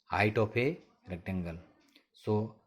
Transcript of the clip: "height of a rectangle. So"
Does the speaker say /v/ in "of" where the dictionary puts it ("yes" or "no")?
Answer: no